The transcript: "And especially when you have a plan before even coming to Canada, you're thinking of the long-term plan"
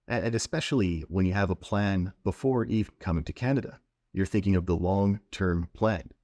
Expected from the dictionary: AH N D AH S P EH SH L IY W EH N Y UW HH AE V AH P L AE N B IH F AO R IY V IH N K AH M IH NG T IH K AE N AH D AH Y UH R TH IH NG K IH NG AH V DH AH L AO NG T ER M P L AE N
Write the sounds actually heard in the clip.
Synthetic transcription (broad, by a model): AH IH AH S P EH SH L IY W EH N Y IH V AH P L AE N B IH F AO R IY V N K AH M IH NG T IH K AE N AH D AH Y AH R TH IH NG K IH NG AH V DH AH L AO NG T ER M P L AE N